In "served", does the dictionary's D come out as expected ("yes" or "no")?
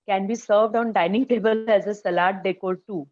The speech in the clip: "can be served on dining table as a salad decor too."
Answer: yes